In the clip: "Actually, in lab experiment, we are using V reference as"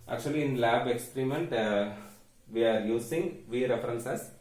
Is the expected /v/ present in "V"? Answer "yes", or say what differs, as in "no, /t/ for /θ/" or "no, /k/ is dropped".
yes